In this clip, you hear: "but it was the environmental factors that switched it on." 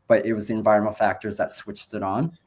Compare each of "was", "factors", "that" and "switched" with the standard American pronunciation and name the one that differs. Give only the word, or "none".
none